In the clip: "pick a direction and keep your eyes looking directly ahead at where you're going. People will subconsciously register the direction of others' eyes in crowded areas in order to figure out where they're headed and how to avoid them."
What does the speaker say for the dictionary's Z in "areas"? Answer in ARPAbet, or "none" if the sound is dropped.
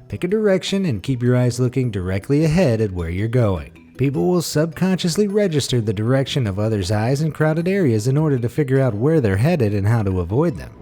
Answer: Z